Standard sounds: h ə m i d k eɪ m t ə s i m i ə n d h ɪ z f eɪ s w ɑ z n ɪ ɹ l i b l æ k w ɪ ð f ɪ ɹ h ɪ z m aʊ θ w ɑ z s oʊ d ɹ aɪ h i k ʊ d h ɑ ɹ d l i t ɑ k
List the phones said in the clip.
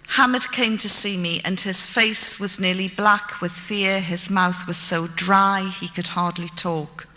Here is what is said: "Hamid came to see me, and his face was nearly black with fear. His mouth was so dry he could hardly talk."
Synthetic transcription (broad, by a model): h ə m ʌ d k eɪ m t ə s i m i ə n ɪ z f eɪ s w ɑ z n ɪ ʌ l i b l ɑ k w ɪ ð f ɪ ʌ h ɪ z m aʊ θ w ɑ z s oʊ d ɹ aɪ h i k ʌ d h ɑ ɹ d l i t ɑ k